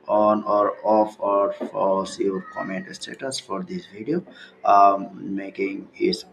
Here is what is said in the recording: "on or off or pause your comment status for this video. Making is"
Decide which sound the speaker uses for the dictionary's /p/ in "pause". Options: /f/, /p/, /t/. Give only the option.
/f/